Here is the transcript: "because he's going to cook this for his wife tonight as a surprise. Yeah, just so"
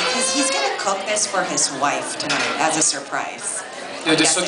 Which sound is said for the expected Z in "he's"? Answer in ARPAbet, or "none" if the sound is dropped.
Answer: Z